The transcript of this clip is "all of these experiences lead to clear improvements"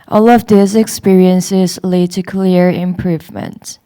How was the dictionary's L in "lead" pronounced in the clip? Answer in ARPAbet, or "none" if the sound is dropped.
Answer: L